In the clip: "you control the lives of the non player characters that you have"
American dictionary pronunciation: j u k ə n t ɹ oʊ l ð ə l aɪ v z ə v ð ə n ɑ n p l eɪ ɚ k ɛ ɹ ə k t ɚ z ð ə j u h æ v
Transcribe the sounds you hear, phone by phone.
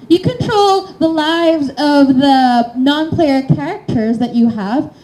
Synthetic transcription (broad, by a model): j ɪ k ə n t ɹ oʊ l ð ə l aɪ v z ə v ð ə n ɑ n p l eɪ ɚ k ɛ ɹ ə k t ɚ z ð ə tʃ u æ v